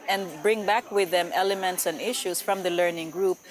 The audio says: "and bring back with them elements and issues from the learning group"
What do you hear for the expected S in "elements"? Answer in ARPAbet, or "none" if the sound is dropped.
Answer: S